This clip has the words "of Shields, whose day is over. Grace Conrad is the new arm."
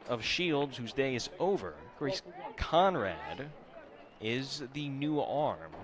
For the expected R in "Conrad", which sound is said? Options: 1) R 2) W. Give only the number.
1